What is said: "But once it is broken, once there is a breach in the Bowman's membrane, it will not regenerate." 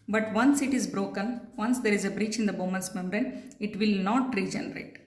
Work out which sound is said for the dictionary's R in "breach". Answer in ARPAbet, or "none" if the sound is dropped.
R